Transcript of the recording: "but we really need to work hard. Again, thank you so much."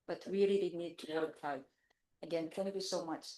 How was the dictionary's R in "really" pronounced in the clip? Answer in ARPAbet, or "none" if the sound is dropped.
L